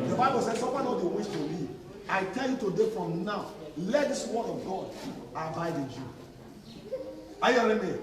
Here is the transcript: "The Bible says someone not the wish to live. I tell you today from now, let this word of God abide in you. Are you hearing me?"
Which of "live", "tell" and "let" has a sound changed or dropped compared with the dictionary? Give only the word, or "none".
live